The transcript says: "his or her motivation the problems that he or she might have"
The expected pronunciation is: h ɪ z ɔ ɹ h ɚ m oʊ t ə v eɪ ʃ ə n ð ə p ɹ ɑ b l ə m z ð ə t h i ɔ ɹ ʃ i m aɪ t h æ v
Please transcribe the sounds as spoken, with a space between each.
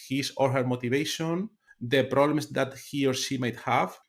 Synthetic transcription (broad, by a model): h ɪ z ɔ ɹ h ɚ m oʊ t ə v eɪ ʃ ə n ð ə p ɹ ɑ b l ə m s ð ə t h i ɔ ɹ ʃ i m aɪ t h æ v